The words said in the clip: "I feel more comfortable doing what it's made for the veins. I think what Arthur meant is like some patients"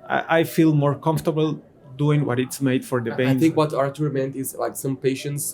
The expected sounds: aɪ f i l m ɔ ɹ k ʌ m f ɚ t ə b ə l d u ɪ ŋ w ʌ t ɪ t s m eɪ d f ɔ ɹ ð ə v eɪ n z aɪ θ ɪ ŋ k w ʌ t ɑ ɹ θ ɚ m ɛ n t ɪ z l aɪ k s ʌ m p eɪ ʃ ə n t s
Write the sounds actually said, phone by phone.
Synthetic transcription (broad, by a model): aɪ f i l m ɔ ɹ k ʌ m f t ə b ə l d u ɪ ŋ w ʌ t ɪ t s m eɪ d f ɔ ɹ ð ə b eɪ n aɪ θ ɪ ŋ k w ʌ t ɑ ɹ t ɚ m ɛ n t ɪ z l aɪ k s ʌ m p eɪ ʃ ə n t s